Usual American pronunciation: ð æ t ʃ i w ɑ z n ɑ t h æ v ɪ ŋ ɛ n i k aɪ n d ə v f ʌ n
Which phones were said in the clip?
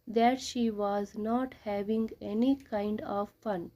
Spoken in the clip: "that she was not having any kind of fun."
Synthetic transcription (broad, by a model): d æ t ʃ i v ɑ z n ɑ t h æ v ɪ ŋ ɛ n i k aɪ n d ə v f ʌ n